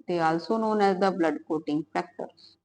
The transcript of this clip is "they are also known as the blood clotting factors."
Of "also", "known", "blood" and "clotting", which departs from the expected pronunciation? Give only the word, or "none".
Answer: clotting